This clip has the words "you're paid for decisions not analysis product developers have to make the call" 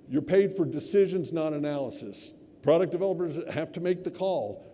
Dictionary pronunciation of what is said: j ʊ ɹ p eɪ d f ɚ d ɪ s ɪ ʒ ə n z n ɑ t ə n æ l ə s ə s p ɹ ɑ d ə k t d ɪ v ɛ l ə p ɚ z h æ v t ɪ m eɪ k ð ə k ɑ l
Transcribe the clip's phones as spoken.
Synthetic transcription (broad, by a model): j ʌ ɹ p eɪ d f ɚ d ɪ s ɪ ʒ ə n z n ɑ t ə n æ l ə s ə s p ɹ ɑ d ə k d ɪ v ɛ l ə p ɚ z h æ f t ɪ m eɪ k ð ə k ɑ l